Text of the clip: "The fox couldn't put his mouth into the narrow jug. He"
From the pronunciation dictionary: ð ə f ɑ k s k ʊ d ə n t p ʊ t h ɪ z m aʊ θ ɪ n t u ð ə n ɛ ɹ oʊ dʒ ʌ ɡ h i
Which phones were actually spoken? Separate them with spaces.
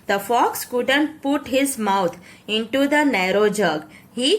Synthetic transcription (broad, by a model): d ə f ɑ k s k ʊ d ə n t p ʊ t h ɪ z m aʊ t ɪ n t u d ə n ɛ ɹ oʊ dʒ ʌ ɡ h i